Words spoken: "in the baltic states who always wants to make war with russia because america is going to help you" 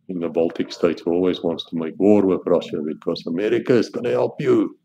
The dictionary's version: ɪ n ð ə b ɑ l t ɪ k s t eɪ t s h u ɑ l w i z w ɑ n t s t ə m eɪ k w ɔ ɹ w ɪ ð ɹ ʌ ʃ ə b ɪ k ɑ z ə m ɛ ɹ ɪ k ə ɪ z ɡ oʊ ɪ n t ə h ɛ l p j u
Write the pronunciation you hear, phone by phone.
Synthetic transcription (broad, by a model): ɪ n ð ə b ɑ l t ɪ k s t eɪ t s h ɑ l w i z w ɑ n t s t ə m eɪ k w ɔ ɹ w ɪ ð ɹ ʌ ʃ ə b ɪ k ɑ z ə m ɛ ɹ ɪ k ə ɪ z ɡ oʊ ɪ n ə h ɛ l p j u